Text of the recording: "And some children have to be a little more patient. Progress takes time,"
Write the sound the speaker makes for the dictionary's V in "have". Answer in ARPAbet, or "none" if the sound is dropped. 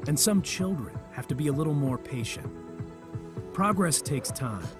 F